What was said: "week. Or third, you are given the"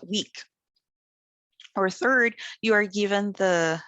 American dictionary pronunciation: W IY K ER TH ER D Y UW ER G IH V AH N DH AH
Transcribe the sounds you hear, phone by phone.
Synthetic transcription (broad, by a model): W IY K ER TH ER D Y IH ER G IH V AH N DH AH